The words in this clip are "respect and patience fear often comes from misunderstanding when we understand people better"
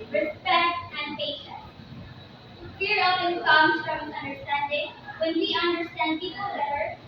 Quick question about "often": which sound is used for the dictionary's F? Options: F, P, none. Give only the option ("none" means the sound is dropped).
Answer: none